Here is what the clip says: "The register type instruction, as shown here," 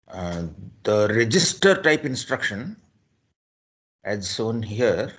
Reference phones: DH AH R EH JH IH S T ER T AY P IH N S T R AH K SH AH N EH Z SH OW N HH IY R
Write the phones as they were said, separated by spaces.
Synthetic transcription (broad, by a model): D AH R EH JH IH S T ER T AY P IH N S T R AH K SH AH N EH Z S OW N HH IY R